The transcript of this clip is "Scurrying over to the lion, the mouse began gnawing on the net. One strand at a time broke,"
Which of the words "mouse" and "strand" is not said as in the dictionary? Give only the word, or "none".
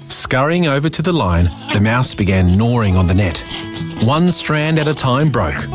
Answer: none